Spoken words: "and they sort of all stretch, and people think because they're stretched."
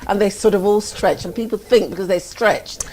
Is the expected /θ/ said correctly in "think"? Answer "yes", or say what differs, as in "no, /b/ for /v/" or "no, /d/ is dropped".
yes